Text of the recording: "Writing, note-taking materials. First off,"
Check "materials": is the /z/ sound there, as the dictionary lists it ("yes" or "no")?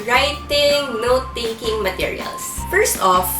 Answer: no